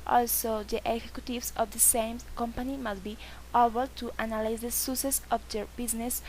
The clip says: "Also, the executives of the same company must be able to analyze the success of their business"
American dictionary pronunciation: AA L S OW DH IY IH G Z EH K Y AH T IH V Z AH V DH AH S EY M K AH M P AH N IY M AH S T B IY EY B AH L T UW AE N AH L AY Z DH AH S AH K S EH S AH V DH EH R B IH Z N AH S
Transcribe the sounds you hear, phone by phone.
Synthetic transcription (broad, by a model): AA L S OW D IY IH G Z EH K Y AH T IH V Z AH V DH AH S EY M K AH M P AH N IY M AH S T B IY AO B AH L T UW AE N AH L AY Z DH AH S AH S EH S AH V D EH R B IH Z N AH S